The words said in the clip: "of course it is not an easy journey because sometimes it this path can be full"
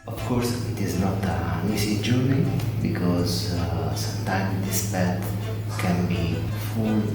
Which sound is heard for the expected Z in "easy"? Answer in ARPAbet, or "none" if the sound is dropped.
S